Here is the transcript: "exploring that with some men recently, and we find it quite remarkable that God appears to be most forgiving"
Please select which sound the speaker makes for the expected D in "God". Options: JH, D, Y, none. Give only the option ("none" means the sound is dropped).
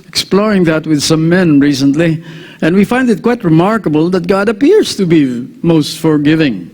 D